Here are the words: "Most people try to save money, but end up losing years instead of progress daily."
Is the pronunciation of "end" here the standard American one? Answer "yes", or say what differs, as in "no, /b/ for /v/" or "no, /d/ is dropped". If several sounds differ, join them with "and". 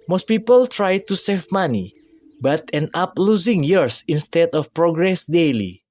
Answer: no, /d/ is dropped